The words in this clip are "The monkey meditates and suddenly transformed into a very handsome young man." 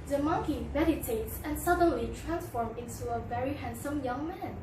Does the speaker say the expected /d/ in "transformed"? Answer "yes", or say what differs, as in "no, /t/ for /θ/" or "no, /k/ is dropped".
no, /d/ is dropped